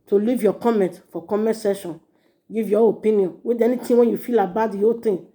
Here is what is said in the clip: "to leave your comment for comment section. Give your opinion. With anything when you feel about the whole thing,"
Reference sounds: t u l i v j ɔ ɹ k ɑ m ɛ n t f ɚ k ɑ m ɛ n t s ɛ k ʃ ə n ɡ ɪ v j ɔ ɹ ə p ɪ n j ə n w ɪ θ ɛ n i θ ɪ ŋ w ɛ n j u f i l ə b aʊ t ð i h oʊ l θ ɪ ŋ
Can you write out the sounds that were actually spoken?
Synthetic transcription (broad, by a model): t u l i v j ɔ k ɑ m ɛ n t f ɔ k ɑ m ɛ n t s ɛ ʃ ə n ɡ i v j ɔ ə p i n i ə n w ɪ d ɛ n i t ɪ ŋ w ɛ n j u f i l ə b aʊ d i h oʊ l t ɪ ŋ